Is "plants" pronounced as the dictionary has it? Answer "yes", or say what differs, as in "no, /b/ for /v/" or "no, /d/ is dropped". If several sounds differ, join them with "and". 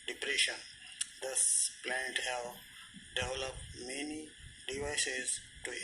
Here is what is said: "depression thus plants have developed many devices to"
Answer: no, /s/ is dropped